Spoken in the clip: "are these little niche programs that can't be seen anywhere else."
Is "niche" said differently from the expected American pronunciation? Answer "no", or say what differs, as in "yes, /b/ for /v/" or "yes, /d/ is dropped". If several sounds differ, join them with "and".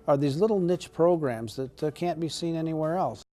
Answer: no